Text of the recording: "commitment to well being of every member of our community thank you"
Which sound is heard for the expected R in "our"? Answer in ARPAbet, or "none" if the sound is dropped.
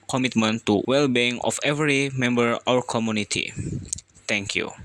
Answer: W